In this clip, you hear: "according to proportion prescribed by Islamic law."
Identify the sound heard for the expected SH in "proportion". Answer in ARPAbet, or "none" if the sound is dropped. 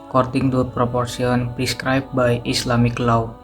S